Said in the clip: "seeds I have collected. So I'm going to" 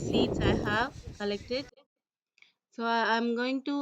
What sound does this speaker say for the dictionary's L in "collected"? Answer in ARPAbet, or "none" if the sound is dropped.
L